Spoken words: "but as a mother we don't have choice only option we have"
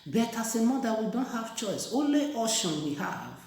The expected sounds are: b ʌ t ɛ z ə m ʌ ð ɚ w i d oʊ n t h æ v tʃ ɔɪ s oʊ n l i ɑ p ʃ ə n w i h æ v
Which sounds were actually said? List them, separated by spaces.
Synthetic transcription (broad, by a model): b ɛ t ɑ s ə m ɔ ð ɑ w i d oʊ n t h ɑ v tʃ ɔɪ s oʊ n l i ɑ ʃ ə n w i h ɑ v